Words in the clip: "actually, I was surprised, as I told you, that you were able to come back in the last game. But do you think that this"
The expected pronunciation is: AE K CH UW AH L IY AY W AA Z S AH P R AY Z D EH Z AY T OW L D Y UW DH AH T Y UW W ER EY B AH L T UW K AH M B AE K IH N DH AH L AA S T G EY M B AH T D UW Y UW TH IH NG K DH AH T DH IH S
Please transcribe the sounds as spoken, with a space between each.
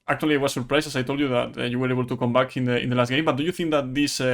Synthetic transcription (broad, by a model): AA K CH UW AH L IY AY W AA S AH P R AY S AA S AY T OW L D Y UW DH AH T Y UW W ER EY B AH L T UW K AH M B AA K IH N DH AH L AA S T G EY M B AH T D UW Y UW TH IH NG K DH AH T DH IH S